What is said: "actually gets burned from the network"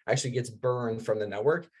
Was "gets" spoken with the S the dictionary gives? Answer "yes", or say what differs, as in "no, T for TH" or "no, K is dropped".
yes